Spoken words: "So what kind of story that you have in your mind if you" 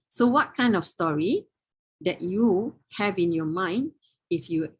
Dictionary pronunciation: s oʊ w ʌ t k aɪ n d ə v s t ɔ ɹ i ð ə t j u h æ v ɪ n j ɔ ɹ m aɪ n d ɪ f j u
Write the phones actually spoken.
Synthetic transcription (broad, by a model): s oʊ w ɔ t k aɪ n d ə f s t ɔ ɹ i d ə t j u h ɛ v ɪ n j ɔ m aɪ n d ɪ f j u